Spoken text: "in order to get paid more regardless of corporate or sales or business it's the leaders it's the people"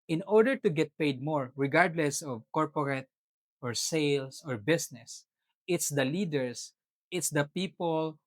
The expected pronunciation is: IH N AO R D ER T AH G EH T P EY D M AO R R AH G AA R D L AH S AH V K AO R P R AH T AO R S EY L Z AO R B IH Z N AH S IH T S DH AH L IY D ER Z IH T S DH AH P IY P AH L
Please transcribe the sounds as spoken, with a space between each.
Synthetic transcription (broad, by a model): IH N AO R D ER T AH G EH T P EY D M AO R R AH G AA R D L AH S AH V K AO R P R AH T AO R S EY L S AO R B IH S N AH S IH T S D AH L IY D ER S IH T S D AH P IY P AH L